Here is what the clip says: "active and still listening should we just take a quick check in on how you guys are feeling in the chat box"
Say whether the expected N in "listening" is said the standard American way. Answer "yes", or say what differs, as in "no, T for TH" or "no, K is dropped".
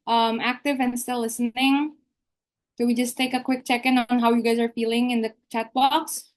yes